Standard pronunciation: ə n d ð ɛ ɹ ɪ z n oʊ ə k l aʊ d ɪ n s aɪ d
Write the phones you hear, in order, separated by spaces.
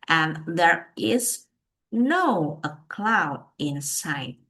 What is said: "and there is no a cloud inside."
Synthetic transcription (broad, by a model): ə n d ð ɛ ɹ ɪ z n oʊ ə k l aʊ d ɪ n s aɪ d